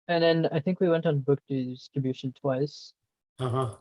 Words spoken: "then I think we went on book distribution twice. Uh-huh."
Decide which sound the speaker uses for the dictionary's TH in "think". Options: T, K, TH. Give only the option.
TH